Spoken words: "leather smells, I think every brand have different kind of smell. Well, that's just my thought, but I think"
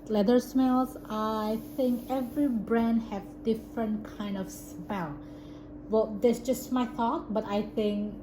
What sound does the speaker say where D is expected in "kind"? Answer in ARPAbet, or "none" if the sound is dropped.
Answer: D